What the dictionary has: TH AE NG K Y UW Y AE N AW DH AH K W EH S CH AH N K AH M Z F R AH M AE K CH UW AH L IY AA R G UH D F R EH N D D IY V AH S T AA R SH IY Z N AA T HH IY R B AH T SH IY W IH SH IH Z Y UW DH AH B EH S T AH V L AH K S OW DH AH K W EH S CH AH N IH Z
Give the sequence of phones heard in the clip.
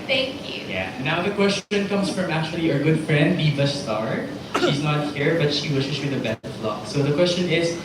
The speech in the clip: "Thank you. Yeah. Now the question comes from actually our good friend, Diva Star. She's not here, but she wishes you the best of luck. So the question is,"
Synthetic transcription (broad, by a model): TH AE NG K Y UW Y AE N AW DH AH K W EH S CH AH N K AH M S F R AH M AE K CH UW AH L IY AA R G UH D F R EH N D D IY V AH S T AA R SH IY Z N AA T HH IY R B AH T SH IY W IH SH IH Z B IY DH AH B EH S T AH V L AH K S OW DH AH K W EH S CH AH N IH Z